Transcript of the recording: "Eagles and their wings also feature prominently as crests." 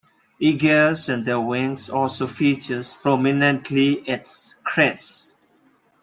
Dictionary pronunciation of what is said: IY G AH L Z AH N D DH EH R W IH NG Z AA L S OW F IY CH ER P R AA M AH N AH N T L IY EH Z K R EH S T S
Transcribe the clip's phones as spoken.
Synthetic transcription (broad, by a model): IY G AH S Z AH N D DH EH W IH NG S AA L S OW F IY CH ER P R AA M AH N AH N T L IY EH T K R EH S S